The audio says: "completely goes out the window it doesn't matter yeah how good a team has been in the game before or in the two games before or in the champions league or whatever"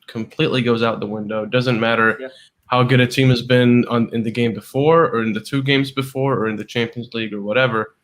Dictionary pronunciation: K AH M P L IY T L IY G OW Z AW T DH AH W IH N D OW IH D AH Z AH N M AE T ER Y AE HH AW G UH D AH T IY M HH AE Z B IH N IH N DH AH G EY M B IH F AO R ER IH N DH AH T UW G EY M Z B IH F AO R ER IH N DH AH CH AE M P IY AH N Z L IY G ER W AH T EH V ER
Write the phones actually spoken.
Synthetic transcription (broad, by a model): K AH M P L IY T L IY G OW Z AW T DH AH W IH N D OW IH D AH Z AH N M AE T ER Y HH AW G UH D AH T IY M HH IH Z B IH N IH N DH AH G EY M B IH F AO R ER IH N DH AH T UW G EY M Z B IH F AO R ER IH N DH AH CH AE M P IY AH N Z L IY G ER W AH T EH V ER